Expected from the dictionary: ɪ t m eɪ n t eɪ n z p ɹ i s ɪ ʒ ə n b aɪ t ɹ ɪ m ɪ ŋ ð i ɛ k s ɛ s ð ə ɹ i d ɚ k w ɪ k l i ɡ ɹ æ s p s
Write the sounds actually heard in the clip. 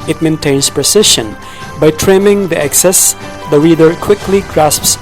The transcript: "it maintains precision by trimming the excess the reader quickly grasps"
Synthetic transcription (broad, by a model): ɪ t m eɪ n t eɪ n s p ɹ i s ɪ ʃ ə n b aɪ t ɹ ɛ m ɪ ŋ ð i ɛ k s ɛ s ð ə ɹ i d ɚ k w ɪ k l i ɡ ɹ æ s p s